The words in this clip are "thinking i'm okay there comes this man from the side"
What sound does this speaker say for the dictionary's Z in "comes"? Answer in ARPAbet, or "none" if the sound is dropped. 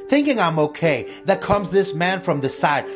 Z